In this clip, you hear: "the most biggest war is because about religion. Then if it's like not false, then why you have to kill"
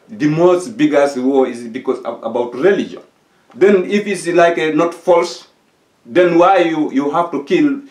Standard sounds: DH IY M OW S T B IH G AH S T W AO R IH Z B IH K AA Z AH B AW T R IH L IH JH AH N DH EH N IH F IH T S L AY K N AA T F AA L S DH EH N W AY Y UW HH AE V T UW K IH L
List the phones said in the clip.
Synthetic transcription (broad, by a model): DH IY M OW S T B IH G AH S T W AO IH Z B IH K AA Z AH B AW T R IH L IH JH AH N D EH N IH F IH T S L AY K N AA T F AA L S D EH N W AY Y UW HH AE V T UW K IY L